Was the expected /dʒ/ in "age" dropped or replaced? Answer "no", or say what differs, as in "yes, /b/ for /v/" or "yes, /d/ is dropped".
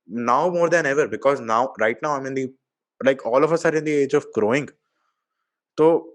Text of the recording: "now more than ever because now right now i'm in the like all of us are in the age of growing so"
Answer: no